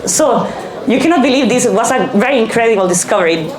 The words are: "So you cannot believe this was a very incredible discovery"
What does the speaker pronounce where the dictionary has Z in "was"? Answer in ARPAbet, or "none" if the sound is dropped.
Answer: S